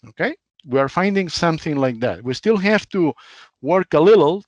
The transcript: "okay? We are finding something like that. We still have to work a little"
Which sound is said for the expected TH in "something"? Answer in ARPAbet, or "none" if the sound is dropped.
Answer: TH